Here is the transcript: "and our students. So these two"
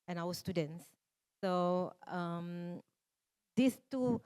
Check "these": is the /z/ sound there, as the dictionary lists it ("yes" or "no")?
no